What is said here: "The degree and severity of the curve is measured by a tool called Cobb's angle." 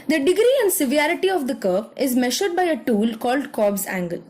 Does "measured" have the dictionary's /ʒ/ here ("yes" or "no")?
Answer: no